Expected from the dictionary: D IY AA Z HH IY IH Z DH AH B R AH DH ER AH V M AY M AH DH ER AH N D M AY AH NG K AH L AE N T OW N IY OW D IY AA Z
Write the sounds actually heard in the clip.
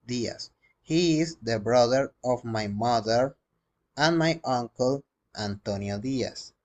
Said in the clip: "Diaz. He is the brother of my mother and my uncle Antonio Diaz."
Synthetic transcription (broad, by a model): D IY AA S HH IY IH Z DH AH B R AH DH ER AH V M AY M AH DH ER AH N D M AY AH NG K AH L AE N T OW N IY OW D IY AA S